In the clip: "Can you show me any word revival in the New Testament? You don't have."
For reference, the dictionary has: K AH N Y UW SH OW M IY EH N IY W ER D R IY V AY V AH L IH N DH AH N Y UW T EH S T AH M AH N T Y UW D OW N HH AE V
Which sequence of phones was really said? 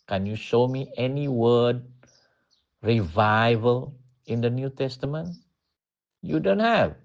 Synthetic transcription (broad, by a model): K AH N Y UW SH OW M IY EH N IY W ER D R IY V AY V AH L IH N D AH N Y UW T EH S T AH M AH N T Y UW D OW N HH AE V